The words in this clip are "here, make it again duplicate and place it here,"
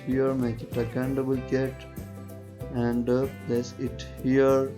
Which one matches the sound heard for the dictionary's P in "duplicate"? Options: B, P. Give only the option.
B